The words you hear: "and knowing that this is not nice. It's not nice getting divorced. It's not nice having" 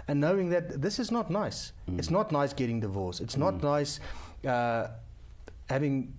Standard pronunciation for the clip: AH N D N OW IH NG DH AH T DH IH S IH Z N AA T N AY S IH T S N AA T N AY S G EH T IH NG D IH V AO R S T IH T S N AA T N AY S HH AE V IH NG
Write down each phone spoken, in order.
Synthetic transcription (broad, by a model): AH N N OW IH NG DH AH T DH IH S IH Z N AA T N AY S IH T S N AA T N AY S G EH T IH NG D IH V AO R S IH T S N AA T N AY S HH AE V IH NG